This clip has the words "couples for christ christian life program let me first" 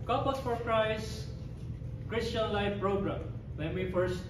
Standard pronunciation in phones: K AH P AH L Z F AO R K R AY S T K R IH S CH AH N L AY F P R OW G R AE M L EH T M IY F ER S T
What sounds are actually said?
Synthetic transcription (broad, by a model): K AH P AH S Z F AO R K R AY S K R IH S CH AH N L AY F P R OW G R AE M W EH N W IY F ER S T